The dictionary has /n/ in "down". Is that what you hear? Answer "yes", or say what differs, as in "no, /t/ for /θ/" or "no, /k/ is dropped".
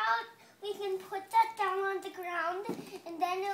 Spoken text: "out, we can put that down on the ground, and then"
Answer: yes